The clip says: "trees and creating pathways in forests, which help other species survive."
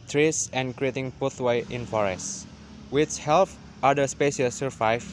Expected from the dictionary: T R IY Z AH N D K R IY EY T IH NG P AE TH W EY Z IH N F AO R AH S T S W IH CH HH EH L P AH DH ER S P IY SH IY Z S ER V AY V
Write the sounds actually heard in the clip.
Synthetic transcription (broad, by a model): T R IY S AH N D K R IY EY T IH NG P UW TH W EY IH N F AO R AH S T W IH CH HH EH L F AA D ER S P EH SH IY S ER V AY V